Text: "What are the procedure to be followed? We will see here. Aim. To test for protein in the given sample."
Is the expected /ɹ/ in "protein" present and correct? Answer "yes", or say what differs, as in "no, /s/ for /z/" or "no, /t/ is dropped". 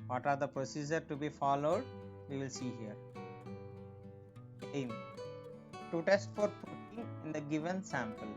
no, /ɹ/ is dropped